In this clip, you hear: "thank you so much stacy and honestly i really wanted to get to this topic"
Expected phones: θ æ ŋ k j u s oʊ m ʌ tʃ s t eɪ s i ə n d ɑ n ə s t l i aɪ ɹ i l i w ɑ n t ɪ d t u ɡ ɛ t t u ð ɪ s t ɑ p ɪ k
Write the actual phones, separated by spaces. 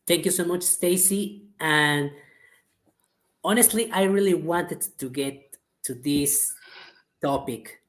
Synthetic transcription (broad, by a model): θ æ ŋ k j u s oʊ m ʌ tʃ s t eɪ s i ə n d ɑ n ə s t l i aɪ ɹ i l i w ɑ n t ɪ d t u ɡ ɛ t t u ð ɪ s t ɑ p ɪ k